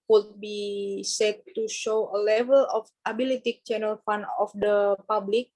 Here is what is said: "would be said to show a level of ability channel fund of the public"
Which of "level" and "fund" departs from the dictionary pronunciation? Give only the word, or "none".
fund